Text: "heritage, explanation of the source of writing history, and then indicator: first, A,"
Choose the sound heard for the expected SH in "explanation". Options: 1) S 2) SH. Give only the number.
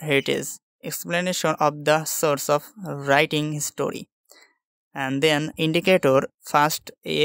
2